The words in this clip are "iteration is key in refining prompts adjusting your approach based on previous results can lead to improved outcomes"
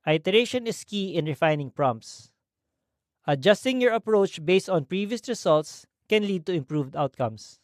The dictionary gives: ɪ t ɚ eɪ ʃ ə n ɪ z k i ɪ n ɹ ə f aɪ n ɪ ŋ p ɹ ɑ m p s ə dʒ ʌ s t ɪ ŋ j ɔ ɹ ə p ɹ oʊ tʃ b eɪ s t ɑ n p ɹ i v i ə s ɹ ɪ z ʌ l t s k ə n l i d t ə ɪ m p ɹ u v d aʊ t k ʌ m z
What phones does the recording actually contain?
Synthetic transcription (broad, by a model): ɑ t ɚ eɪ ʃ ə n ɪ s k i ɪ n ɹ ə f aɪ n ɪ ŋ p ɹ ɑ m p s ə dʒ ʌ s t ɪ ŋ j ɔ ɹ ə p ɹ oʊ tʃ b eɪ s t ɑ n p ɹ i v i ə s ɹ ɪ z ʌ l t s k ə n l i d t ə ɪ m p ɹ u v d aʊ t k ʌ m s